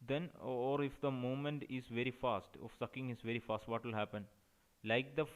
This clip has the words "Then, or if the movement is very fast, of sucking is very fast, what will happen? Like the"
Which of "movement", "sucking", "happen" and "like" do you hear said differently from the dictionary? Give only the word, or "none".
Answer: movement